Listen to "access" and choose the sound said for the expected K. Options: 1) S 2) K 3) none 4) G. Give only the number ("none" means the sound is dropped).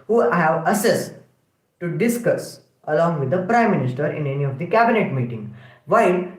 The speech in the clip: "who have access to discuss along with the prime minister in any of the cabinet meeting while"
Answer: 3